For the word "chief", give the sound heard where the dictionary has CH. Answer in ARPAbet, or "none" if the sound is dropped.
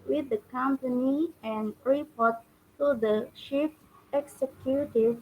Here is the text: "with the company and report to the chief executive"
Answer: SH